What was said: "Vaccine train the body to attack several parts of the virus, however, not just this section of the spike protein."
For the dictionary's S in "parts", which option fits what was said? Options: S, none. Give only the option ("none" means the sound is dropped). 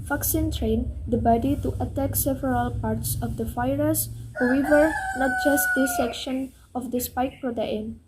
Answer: S